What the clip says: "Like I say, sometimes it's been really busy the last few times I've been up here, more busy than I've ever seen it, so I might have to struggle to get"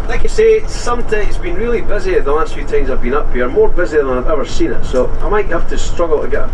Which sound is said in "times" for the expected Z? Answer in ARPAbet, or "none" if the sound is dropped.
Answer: Z